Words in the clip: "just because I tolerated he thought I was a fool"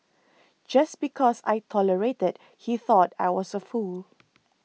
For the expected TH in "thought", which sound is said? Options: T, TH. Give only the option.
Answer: TH